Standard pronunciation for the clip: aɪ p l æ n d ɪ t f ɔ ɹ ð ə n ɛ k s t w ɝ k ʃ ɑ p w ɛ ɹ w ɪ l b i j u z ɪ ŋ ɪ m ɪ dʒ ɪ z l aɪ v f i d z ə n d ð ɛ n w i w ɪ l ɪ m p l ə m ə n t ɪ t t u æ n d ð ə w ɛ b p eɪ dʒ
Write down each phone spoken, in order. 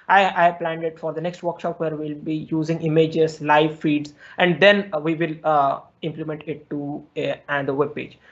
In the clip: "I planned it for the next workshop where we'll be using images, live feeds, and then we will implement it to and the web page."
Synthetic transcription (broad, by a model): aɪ p l æ n d ɪ t f ɔ ɹ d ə n ɛ k s t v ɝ k ʃ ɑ p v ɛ ɹ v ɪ l b i j u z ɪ ŋ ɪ m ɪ dʒ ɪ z l aɪ v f i d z ə n d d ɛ n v i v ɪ l ɪ m p l ə m ə n t ɪ t t u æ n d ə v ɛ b p eɪ dʒ